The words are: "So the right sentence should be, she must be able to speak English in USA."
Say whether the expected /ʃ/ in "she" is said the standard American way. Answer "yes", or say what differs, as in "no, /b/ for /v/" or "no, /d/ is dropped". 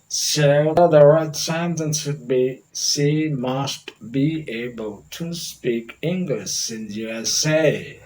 no, /s/ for /ʃ/